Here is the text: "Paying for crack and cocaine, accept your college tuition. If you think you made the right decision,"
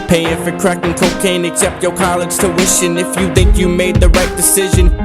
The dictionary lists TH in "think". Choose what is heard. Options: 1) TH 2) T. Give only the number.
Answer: 1